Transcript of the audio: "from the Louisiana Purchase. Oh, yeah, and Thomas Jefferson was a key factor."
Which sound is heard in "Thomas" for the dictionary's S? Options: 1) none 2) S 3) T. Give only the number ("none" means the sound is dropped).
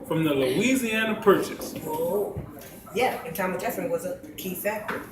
1